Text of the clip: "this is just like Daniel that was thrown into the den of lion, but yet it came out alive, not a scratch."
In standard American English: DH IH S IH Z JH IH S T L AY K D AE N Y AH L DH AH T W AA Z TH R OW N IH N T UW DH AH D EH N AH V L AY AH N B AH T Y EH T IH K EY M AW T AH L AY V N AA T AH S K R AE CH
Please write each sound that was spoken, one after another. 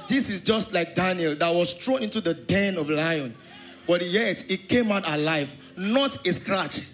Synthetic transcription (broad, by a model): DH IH S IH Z JH IH S T L AY K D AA N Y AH L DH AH T W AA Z S R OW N IH N T UW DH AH D EH N AH V L AY AH N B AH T Y EH T IH K EY M AW T AH L AY V N AA T AH S K R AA CH